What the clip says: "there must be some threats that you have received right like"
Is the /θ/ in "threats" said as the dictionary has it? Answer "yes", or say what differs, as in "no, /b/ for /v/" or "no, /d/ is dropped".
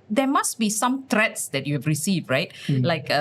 no, /t/ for /θ/